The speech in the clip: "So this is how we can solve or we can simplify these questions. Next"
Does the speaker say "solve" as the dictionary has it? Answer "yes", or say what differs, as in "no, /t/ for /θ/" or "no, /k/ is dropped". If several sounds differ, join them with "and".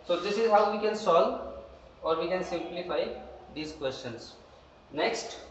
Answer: no, /v/ is dropped